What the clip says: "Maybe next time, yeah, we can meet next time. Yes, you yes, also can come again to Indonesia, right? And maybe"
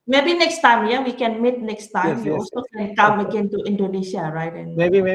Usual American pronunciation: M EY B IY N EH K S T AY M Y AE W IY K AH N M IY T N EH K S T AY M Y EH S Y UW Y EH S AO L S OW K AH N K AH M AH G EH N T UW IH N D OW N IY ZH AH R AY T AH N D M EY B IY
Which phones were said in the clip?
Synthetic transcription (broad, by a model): M EY B IY N EH K S T AY M Y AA W IY K AH N M IY T N EH K S T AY M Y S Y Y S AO S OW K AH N K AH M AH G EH N T UW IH N D OW N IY S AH R AY T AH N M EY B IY